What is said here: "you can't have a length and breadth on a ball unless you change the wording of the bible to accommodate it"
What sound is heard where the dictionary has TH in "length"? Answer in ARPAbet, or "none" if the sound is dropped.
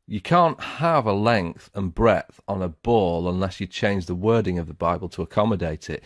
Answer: TH